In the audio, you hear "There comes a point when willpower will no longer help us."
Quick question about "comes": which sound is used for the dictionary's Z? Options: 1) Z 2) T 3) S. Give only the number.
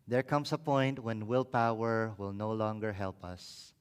3